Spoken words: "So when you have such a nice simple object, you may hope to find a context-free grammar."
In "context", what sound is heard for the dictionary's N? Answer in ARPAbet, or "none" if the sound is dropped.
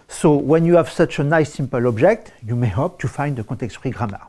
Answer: none